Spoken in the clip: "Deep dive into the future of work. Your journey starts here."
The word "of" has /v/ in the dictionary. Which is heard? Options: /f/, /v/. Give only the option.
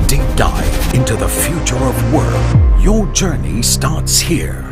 /v/